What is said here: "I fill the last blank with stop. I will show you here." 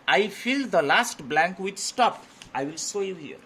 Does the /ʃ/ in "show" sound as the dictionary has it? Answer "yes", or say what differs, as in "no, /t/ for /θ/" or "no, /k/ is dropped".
no, /s/ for /ʃ/